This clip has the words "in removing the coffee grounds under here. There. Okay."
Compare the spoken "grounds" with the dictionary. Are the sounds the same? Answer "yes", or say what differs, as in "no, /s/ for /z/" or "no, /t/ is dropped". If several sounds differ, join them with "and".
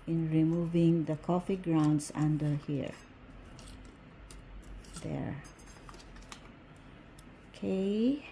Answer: no, /s/ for /z/